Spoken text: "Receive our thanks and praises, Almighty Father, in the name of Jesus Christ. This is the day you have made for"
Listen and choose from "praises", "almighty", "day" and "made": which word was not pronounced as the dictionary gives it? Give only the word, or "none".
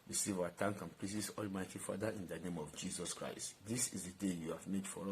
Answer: praises